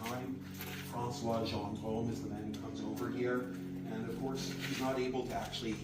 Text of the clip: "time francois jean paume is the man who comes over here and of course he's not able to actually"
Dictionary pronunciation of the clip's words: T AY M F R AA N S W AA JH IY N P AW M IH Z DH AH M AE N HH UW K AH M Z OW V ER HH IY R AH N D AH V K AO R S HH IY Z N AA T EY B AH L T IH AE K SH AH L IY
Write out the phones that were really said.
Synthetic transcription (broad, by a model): AY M F R AA N S W AA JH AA N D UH M IH Z DH AH M AE N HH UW K AH M Z OW V ER HH IY R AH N AH V K AO R S HH IY Z N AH T EY B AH L T IH AE K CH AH L IY